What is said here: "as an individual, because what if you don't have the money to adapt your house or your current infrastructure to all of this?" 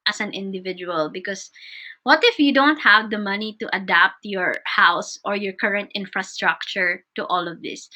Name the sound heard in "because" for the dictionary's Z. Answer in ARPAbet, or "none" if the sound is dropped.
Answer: S